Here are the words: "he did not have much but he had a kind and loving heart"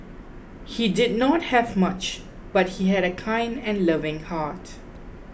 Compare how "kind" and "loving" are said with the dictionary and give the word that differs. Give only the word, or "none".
none